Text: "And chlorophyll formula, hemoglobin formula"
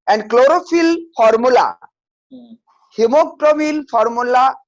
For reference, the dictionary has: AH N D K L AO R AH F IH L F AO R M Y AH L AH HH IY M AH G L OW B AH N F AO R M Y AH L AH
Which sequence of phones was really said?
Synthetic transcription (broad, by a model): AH N D K L AO R AH F IH L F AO R M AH L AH HH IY M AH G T OW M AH L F AO R M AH L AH